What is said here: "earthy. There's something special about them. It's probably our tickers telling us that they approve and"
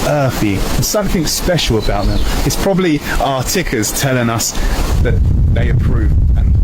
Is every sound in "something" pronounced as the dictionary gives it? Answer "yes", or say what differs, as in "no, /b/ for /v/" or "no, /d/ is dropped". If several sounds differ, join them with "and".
yes